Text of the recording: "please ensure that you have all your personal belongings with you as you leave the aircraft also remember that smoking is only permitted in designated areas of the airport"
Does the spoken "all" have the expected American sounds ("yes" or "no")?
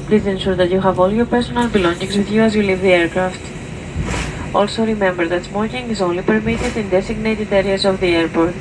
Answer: yes